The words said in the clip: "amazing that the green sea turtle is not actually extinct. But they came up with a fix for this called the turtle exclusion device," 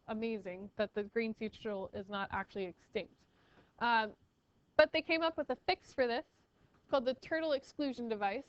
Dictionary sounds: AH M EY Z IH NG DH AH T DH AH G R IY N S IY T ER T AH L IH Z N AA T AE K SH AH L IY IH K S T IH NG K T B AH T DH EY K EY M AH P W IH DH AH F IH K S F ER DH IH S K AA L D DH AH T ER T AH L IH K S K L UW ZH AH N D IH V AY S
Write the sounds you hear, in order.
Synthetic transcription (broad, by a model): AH M EY Z IH NG DH AH T DH AH G R IY N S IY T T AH L IH Z N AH T AE K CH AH L IY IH K S T IH NG K T B AH T DH EY K EY M AH P W IH DH AH F IH K S F ER DH IH S K AA L D DH AH T ER T L IH K S K L UW ZH AH N D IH V AY S